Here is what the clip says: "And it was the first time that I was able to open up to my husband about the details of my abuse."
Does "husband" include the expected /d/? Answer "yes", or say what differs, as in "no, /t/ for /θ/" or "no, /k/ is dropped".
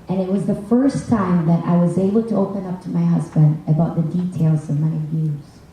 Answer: yes